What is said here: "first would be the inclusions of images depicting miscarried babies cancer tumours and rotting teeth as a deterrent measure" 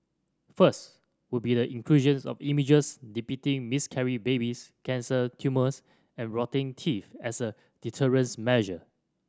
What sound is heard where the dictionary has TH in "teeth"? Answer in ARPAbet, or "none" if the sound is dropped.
F